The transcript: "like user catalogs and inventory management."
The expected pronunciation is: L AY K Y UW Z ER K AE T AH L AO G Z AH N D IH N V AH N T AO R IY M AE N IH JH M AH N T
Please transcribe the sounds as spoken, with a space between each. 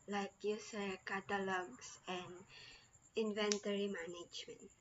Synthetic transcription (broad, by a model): L AY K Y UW S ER K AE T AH L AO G S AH N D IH N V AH N T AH R IY M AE N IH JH M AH N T